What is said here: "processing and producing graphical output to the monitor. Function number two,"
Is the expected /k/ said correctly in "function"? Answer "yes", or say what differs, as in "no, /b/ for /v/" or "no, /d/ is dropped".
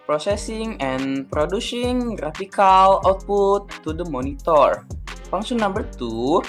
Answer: no, /k/ is dropped